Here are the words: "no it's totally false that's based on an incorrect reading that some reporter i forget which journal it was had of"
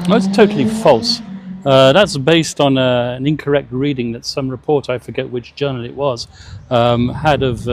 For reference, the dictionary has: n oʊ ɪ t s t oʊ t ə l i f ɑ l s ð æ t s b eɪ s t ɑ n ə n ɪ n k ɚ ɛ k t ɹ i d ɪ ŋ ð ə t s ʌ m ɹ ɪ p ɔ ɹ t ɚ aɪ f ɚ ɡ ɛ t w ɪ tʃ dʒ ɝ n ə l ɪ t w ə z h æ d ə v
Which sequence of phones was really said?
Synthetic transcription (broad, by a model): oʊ ɪ t s t oʊ t l i f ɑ l s ð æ t s b eɪ s t n ə n ɪ n k ɚ ɛ k t ɹ i d ɪ ŋ ð ə t s ʌ m ɹ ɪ p ɔ ɹ t aɪ f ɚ ɡ ɛ t w ɪ tʃ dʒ ɝ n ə l ɪ t w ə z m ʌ d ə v